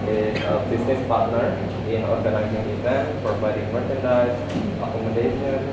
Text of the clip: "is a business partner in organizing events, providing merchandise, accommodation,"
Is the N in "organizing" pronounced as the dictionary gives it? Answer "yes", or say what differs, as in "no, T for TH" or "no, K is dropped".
no, L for N